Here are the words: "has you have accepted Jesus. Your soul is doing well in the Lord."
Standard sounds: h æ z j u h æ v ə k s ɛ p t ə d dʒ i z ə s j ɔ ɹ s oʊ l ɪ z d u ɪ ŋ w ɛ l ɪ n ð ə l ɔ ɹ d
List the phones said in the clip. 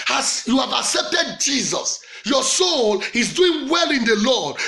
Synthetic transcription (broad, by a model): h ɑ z j u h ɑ v ə k s ɛ p t ə d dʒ i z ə s j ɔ s oʊ l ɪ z d u ɪ ŋ w ɛ l ɪ n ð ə l ɔ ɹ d